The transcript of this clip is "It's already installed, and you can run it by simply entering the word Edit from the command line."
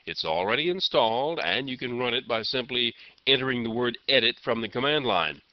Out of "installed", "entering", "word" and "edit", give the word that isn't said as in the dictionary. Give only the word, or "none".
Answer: entering